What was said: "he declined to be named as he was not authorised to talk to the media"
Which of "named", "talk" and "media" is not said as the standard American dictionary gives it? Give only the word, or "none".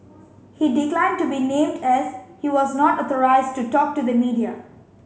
none